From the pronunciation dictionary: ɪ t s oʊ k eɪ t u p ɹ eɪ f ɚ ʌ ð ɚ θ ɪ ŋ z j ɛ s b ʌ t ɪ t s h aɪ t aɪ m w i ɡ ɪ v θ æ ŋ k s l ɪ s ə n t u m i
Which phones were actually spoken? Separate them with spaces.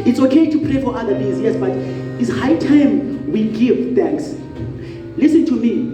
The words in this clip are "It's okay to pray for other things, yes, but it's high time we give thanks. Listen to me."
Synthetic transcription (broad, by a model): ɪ t s oʊ k eɪ t u p ɹ eɪ f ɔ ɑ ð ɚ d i z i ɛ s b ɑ t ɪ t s h aɪ t aɪ m w i ɡ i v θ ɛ ŋ k s l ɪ s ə n t u m i